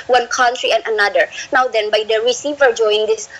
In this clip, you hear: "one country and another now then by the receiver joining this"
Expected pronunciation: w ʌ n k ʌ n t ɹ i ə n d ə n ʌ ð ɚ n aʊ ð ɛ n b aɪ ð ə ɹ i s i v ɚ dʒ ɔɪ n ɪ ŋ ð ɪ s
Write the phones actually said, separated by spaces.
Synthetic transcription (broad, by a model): w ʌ n k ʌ n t ɹ i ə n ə n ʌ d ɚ n aʊ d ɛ n b aɪ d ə ɹ i s i v ɚ dʒ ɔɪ ɪ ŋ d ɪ s